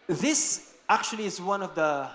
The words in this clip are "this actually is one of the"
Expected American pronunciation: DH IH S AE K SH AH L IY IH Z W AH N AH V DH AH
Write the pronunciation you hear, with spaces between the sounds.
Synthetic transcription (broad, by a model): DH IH S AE K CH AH L IY IH Z W AH N AH V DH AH